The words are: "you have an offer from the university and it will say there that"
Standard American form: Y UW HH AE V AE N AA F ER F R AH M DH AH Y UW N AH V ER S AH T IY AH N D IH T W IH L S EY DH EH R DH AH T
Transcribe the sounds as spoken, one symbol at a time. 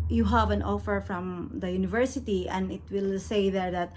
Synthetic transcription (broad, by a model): Y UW HH AE V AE N AA F ER F R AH M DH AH Y UW N AH V ER S AH T IY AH N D IH T W IH L S EY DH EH R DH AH T